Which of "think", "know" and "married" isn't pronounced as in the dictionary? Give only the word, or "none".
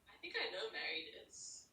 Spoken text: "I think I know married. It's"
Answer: none